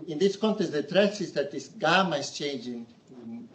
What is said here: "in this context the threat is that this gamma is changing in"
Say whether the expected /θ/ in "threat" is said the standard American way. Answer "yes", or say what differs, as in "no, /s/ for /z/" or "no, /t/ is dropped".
no, /t/ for /θ/